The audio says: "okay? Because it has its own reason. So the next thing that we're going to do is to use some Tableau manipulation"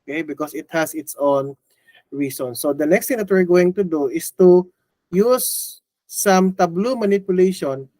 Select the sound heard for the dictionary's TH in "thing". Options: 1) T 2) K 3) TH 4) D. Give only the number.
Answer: 1